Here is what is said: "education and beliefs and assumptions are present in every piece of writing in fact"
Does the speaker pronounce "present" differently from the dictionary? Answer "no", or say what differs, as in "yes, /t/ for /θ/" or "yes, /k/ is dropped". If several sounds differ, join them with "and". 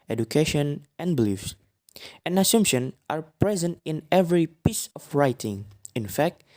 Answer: no